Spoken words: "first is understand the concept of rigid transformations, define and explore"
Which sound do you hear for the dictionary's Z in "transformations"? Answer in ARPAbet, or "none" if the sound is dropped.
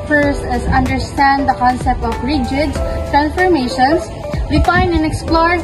S